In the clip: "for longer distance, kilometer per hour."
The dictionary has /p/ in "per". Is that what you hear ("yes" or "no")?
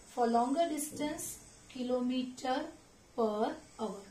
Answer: yes